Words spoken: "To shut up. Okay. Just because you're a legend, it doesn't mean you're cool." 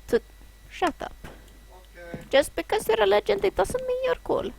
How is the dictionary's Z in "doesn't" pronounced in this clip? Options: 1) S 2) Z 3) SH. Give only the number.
1